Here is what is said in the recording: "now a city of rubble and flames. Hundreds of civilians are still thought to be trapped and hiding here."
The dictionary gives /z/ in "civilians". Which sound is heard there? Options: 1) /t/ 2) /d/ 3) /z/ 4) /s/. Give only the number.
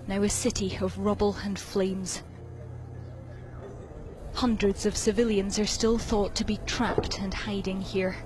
3